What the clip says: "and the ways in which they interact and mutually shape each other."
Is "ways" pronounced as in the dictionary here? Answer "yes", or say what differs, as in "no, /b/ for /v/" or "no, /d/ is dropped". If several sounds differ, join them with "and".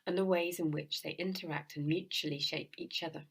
yes